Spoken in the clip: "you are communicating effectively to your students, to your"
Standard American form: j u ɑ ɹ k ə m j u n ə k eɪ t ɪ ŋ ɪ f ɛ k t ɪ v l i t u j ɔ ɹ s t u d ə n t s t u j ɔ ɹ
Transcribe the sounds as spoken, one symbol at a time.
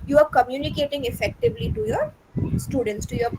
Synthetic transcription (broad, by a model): j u ɑ ɹ k ə m j u n ə k eɪ t ɪ ŋ ɪ f ɛ k t ɪ v l i t u j ɔ ɹ s t u d ə n t s t u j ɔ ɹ